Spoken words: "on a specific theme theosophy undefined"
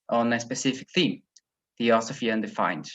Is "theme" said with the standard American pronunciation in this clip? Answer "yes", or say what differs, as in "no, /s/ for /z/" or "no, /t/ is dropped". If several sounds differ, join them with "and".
yes